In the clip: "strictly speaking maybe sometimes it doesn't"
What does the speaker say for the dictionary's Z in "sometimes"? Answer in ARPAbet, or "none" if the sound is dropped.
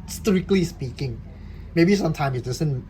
none